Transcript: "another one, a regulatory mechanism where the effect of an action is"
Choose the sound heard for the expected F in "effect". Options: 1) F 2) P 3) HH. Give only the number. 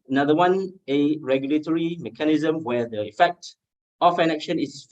1